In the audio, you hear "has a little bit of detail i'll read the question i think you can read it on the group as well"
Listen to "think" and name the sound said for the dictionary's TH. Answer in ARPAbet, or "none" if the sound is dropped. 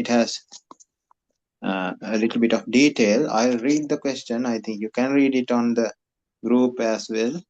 T